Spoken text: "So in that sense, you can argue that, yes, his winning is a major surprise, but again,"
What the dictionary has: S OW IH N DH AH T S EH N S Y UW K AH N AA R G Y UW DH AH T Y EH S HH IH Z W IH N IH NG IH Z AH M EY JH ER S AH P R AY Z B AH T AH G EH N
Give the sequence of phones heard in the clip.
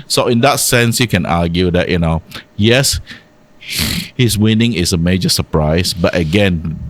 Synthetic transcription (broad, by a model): S OW IH N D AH T S EH N S Y UW K AH N AA G Y UW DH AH T Y EH S HH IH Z W IH N IH NG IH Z AH M EY JH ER S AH P R AY S B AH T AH G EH N